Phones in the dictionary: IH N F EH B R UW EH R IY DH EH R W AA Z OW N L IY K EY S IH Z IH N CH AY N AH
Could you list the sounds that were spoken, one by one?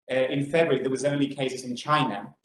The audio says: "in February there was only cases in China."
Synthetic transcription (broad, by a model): IH N F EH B R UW R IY DH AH W AA Z OW N L IY K EY S IH Z IH N CH AY N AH